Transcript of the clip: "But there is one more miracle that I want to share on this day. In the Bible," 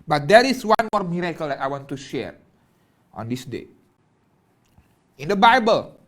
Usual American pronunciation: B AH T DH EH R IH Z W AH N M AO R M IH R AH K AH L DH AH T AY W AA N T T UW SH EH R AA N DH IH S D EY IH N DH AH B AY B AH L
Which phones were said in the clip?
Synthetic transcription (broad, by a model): B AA T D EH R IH S W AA N M AO R M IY R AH K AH L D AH T AY W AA N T T UW SH EH R AA N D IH S D EY IH N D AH B AY B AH L